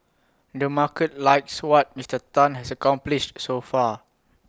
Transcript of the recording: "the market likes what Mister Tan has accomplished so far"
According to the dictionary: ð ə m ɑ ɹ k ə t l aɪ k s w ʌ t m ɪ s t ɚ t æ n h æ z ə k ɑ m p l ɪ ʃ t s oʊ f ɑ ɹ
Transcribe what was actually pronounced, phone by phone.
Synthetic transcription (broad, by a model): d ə m ɑ k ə t l aɪ k s w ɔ t m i s t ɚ t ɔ n h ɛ s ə k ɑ m p l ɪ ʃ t s oʊ f ɑ